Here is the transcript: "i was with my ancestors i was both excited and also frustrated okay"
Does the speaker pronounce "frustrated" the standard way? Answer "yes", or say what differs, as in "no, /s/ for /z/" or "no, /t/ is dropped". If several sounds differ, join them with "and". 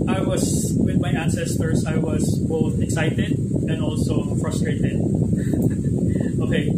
yes